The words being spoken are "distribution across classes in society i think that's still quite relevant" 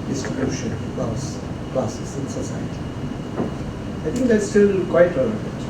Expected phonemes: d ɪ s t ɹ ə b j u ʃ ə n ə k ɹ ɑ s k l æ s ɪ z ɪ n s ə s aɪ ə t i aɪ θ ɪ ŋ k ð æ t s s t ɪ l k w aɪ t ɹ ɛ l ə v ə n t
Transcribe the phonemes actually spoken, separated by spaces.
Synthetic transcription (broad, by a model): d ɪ s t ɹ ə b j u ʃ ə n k l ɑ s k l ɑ s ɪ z ɪ n s ə s aɪ ə t i aɪ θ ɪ ŋ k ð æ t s s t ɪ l k w aɪ t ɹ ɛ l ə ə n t